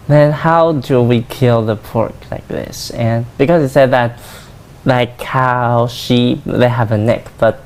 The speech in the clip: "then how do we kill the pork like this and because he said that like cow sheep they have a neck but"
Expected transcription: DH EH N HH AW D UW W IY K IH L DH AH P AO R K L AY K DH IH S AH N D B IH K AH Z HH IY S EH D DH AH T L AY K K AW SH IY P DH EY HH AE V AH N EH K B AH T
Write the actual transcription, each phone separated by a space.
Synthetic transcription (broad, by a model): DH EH N HH AW D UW W IY K IH L DH AH P AO R K L AY K DH IH S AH N B IH K AH Z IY S EH D DH AH T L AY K K AW SH IY P DH EY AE V AH N EH K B AH T